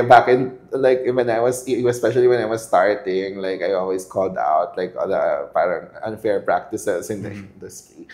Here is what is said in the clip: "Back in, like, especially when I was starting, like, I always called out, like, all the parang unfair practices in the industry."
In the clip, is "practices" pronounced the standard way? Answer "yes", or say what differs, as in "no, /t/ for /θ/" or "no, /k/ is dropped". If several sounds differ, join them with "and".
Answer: no, /s/ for /z/